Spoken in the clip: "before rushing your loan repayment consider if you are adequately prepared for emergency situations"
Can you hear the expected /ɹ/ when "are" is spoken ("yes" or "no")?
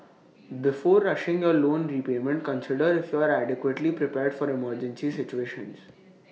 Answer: yes